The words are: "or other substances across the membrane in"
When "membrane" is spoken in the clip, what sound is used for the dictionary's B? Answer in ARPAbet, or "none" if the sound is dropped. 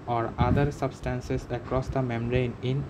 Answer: none